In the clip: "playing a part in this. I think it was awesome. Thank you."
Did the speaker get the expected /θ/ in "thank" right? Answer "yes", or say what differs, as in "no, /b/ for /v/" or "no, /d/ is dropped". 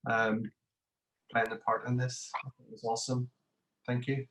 yes